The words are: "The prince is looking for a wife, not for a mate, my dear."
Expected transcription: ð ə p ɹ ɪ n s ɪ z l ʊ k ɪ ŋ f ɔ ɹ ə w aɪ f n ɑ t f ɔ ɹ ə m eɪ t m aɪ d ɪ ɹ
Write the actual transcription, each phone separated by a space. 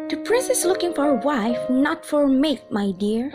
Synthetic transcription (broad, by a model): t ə p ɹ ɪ s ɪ s l ʊ k ɪ ŋ f ɔ ɹ ə w aɪ f n ɑ t f ɔ ɹ m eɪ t m aɪ d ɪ ɹ